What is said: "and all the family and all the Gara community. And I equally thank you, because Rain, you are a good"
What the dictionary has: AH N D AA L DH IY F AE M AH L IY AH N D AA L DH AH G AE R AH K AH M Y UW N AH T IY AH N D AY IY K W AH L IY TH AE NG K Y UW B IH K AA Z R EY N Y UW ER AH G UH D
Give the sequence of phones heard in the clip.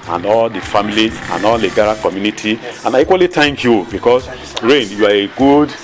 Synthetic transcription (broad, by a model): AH N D AA L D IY F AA M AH L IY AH N AA L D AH G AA R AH K AH M Y UW N AH T IY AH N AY IY K W AH L IY T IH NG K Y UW B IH K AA S R EY N Y UW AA AH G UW D